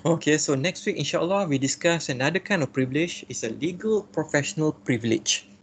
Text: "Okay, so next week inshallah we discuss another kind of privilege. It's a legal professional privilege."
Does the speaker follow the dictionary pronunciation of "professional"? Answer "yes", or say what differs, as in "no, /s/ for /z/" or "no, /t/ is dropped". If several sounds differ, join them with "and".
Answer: yes